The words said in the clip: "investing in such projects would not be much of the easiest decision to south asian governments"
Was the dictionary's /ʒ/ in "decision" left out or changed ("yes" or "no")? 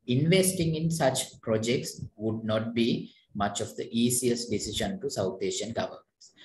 yes